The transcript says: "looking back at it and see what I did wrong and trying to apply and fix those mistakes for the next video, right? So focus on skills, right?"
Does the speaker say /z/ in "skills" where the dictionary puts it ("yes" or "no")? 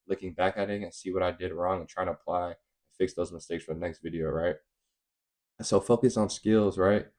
yes